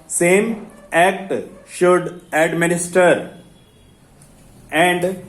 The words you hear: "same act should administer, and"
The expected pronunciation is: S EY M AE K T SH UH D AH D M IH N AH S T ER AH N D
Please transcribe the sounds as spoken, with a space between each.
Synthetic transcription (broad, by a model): S EY M AE K T SH UH D AH D M IH N AH S T ER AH N D